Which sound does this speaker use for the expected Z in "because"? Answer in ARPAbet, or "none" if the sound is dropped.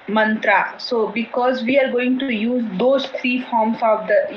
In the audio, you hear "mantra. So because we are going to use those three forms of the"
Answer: Z